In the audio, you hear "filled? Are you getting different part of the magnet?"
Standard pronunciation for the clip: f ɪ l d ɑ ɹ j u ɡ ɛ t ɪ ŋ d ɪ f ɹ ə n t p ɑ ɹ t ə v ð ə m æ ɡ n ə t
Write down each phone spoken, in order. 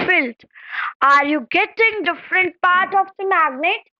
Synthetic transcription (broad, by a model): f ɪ l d ɑ ɹ j u ɡ ɛ t ɪ ŋ d ɪ f ɹ ə n t p ɑ ɹ t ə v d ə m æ ɡ n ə t